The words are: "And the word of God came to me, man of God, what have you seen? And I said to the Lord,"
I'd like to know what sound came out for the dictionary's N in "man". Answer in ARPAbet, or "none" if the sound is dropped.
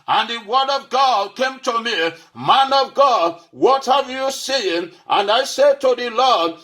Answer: N